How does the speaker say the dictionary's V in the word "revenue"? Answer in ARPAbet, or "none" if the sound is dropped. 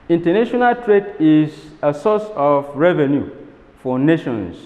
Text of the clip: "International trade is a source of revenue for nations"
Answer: V